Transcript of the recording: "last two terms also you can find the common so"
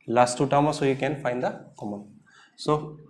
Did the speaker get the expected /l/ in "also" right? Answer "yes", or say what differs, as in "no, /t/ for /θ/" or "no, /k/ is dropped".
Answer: no, /l/ is dropped